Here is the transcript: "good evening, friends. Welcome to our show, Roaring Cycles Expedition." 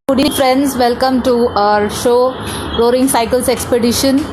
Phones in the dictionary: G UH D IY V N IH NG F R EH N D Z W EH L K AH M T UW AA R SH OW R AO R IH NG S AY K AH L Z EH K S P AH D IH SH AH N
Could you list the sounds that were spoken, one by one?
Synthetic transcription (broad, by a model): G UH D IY N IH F R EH N D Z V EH L K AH M T UW AA R SH OW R AO R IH NG S AY K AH L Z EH K S P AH D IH SH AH N